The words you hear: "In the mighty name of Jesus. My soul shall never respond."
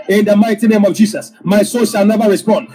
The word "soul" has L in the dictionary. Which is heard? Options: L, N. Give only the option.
N